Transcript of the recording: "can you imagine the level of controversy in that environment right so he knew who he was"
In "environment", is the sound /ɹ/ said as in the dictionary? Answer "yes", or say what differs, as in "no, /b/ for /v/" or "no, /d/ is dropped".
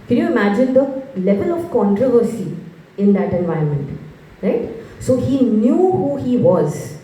no, /ɹ/ is dropped